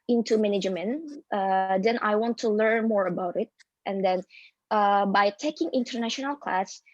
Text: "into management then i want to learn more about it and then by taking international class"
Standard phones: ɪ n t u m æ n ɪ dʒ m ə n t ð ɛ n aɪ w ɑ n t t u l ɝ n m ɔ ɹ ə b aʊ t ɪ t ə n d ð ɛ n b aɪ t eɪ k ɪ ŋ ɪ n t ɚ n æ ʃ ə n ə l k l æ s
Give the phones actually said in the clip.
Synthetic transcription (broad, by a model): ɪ n t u m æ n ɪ dʒ m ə n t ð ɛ n aɪ w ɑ n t t u l ɝ n m ɔ ɹ ə b aʊ t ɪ t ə n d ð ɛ n b aɪ t eɪ k ɪ ŋ ɪ n t ɚ n æ ʃ ə n ə l k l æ s